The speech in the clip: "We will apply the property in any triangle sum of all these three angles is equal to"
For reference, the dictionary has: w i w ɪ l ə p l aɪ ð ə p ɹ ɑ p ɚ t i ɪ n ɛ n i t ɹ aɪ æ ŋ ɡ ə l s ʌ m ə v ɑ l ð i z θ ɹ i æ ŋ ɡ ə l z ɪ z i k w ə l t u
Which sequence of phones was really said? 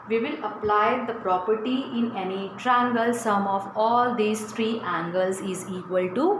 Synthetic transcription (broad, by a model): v i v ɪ l ə p l aɪ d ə p ɹ ɑ p ɚ t i ɪ n ɛ n i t ɹ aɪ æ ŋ ɡ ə l s ʌ m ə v ɑ l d i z t ɹ i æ ŋ ɡ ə l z ɪ z i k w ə l t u